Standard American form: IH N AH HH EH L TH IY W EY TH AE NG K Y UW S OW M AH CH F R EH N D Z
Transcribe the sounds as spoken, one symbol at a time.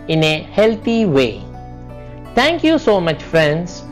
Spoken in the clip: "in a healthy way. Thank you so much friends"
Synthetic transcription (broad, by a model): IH N AH HH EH L T IY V EY T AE NG K Y UW S OW M AH CH F R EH N D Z